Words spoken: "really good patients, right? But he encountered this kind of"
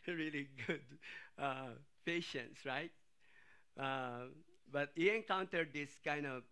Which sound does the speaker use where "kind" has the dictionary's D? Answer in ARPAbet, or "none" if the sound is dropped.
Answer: D